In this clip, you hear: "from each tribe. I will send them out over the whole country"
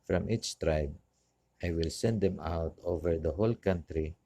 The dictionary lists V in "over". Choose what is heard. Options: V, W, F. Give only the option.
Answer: V